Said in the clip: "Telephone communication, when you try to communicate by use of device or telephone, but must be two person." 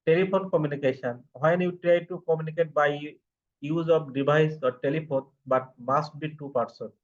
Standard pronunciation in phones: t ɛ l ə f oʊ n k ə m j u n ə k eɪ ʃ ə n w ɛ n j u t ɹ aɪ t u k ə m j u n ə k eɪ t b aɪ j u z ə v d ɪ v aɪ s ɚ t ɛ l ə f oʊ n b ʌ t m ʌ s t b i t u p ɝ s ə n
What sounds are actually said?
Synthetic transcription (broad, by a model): t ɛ l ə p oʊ n k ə m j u n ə k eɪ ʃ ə n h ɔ n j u t ɹ aɪ t u k ə m j u n ə k eɪ t b aɪ j u z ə p d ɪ b aɪ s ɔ t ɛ l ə p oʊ n b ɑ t m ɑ s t b i t u p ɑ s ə n